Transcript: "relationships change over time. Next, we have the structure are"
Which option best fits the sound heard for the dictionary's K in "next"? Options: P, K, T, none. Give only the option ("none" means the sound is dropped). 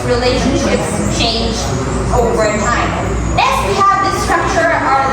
none